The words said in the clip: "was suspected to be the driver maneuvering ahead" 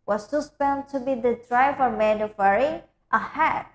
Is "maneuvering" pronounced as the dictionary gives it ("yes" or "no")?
no